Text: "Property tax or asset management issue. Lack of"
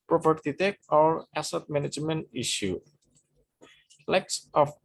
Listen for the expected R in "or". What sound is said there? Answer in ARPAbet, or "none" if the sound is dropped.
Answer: L